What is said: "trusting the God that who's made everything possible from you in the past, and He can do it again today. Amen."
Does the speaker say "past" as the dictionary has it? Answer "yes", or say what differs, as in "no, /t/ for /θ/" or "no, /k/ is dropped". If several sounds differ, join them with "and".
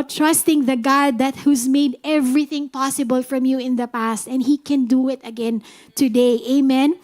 yes